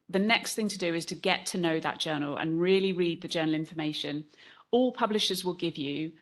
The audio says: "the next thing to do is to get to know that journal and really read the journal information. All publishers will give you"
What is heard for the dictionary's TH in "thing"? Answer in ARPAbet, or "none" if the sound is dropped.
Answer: TH